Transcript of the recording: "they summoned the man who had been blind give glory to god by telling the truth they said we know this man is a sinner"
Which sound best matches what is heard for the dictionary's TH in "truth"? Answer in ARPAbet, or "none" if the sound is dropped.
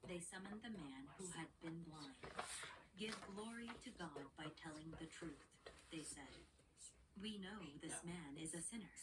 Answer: TH